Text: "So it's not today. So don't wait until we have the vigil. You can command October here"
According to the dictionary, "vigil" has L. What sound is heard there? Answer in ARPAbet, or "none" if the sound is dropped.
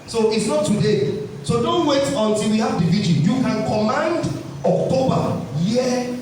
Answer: N